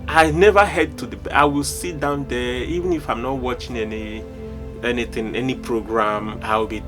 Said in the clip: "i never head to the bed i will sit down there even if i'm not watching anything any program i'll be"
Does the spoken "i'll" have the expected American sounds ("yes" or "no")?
no